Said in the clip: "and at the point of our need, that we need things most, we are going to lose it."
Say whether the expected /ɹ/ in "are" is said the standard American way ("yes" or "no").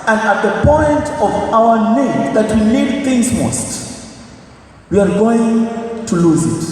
yes